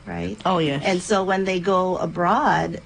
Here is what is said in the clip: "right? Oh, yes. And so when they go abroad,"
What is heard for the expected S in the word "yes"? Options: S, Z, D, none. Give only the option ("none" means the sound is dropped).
none